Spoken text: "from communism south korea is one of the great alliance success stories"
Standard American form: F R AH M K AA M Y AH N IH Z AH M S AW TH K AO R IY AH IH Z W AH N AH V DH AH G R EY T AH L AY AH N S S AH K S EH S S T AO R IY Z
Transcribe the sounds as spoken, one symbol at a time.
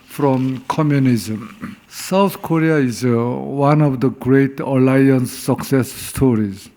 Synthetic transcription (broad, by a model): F R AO M K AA M Y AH N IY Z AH M S AW T K AO R IY AH IH Z W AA N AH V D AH G R EY T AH L AY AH N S S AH K S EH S S T AO R IY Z